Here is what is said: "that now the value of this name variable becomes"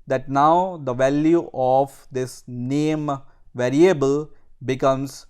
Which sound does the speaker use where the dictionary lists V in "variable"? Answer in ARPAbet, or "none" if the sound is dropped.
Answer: V